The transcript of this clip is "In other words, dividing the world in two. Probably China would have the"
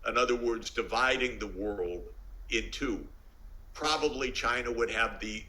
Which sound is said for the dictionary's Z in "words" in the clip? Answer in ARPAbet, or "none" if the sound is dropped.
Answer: Z